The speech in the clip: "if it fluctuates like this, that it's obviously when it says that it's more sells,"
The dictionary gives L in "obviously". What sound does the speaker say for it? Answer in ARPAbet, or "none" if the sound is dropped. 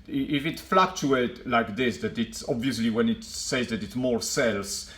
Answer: L